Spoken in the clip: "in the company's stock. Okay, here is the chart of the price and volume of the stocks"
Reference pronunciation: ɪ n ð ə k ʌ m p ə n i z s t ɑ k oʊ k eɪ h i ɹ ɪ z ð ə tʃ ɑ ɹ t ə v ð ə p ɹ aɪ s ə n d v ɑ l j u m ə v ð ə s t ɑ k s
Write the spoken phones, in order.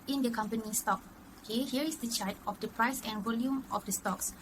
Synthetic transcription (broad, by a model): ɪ n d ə k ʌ m p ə n i s t ɑ k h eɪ h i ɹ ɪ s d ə tʃ ɑ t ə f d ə p ɹ aɪ s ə n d v ɑ l j u m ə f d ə s t ɑ k s